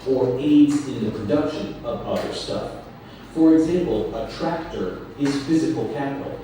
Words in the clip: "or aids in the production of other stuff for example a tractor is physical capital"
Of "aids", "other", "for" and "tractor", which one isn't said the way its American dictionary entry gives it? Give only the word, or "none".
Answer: none